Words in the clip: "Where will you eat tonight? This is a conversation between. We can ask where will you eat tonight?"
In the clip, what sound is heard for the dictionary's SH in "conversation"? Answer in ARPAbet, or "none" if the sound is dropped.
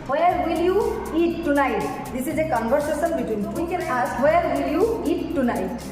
S